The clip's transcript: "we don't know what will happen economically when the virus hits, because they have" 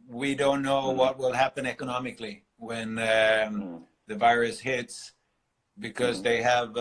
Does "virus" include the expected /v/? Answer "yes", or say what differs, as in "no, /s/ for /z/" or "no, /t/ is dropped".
yes